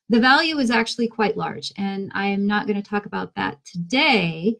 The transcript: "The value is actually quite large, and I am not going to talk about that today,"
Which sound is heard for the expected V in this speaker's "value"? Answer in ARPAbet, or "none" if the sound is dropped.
V